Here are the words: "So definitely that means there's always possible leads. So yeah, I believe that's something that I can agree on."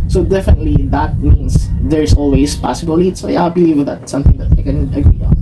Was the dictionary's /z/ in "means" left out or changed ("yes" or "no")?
yes